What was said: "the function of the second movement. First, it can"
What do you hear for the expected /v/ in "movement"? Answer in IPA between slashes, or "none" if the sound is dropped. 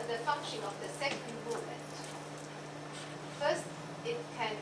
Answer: none